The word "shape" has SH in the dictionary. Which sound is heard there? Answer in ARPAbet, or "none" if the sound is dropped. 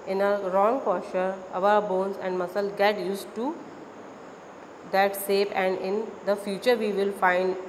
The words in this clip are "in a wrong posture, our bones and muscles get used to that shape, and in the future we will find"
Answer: S